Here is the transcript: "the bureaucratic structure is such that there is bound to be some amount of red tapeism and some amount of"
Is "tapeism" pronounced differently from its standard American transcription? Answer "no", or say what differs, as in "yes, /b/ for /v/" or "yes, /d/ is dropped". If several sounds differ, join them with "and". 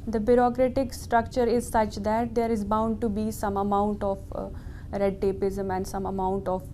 no